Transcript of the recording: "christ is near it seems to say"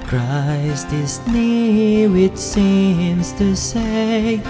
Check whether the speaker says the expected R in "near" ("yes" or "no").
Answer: no